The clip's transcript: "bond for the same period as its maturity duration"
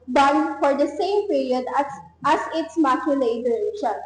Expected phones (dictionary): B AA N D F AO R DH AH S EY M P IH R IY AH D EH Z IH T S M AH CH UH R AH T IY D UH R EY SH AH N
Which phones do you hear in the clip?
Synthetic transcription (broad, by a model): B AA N F AO R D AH S EY M P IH R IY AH D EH S IH T S M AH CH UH L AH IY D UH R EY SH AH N